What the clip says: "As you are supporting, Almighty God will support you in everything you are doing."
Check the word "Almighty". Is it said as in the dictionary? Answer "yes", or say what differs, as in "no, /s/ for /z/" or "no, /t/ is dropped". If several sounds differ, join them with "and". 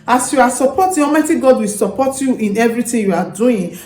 no, /l/ is dropped